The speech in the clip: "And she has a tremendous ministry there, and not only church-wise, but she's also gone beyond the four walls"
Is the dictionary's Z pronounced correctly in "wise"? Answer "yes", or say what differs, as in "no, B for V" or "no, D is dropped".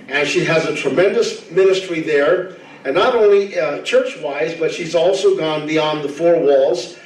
yes